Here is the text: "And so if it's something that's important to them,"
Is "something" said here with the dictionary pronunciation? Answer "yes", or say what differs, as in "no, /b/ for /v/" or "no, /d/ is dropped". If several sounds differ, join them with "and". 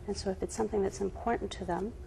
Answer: yes